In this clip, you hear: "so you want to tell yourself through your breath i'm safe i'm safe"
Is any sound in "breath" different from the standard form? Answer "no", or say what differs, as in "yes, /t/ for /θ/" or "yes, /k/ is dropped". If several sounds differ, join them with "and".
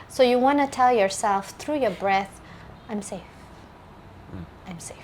no